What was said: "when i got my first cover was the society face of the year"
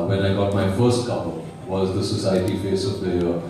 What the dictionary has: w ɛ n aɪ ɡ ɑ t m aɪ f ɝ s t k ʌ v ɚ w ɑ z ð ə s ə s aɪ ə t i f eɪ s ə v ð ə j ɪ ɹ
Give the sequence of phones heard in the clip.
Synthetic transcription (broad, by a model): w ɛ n aɪ ɡ ɑ t m aɪ f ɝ s t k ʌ p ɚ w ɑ z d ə s ə s aɪ ə t i f eɪ s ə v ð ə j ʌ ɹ